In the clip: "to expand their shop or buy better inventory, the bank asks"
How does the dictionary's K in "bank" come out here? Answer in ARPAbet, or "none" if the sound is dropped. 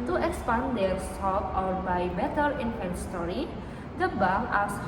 none